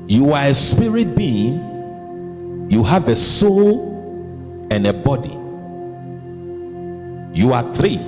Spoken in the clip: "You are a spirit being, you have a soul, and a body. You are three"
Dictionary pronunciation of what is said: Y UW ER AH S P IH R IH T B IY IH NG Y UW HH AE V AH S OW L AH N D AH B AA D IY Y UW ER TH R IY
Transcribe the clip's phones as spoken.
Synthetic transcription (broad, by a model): Y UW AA AH S P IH R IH T B IY IH NG Y UW HH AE V AH S OW L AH N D AH B AA D IY Y UW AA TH R IY